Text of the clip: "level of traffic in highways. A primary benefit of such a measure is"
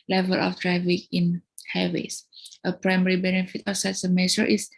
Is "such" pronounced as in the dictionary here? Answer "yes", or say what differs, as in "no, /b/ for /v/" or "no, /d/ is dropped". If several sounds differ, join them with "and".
no, /s/ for /tʃ/